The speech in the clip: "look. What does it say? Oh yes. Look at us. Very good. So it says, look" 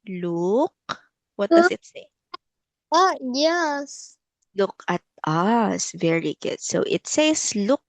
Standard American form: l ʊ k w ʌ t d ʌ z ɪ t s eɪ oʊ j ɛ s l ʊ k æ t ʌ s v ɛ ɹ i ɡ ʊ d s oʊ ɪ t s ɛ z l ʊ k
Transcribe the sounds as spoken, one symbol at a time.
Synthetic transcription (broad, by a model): l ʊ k w ʌ t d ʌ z ɪ t s eɪ oʊ j ɛ s l ʊ k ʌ t ʌ s v ɛ ɹ i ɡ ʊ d s oʊ ɪ t s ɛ s l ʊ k